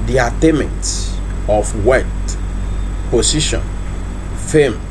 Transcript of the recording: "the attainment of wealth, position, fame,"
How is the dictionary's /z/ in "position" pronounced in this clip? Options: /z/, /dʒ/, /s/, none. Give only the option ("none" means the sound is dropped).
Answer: /s/